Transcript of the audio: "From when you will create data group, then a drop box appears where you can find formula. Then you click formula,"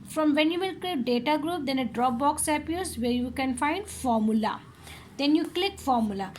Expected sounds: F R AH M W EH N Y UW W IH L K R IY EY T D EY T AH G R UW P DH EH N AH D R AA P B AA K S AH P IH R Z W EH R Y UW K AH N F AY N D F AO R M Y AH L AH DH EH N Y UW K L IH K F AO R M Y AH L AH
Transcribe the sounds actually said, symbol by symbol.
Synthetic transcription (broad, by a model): F R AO M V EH N Y UW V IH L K L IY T D EY T AH G R UW P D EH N AH D R AA P B AA K S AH P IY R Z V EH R Y UW K AH N F AY N D F AO R M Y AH L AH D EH N Y UW K L IH K F AO R M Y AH L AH